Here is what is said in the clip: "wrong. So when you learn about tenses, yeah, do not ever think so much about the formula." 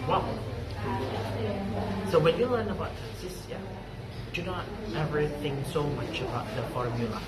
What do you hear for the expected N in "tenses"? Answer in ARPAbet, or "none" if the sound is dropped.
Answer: none